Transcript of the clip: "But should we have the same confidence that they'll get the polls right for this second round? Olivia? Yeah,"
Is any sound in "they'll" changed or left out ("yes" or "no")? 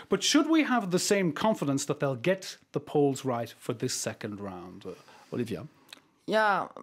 no